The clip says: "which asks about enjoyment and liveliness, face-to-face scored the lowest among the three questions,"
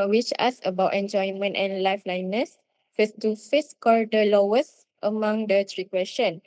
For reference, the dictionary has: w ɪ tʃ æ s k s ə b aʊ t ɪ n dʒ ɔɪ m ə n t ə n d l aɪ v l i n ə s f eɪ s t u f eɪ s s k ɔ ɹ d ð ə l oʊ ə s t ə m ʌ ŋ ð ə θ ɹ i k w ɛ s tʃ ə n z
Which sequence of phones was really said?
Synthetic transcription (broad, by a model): w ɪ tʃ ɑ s s ə b aʊ t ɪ n dʒ ɔɪ m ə n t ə n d l aɪ f l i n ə s f eɪ s t u f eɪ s s k ɔ ɹ d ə l oʊ ə s t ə m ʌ ŋ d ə t ɹ i k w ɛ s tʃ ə n